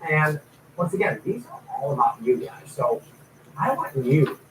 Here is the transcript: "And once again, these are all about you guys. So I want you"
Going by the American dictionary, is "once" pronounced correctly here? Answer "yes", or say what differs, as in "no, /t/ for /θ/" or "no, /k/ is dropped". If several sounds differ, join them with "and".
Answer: yes